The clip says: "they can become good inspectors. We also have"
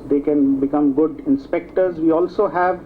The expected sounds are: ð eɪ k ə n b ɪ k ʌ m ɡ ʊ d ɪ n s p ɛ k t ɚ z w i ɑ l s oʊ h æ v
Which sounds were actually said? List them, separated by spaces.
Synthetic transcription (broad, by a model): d eɪ k ə n b ɪ k ʌ m ɡ ʊ d ɪ n s p ɛ k t ɚ z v i ɑ l s oʊ h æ v